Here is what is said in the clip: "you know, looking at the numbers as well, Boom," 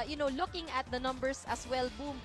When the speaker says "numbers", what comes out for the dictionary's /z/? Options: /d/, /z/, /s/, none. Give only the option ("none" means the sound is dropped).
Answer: /s/